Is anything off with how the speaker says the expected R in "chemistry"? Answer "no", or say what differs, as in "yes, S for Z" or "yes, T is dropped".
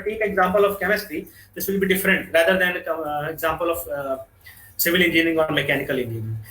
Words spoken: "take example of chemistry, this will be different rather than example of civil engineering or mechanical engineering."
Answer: yes, R is dropped